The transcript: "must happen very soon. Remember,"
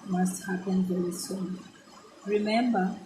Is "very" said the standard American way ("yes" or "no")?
no